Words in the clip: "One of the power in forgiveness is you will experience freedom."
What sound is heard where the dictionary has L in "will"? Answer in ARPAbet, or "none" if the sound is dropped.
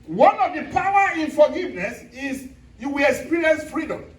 L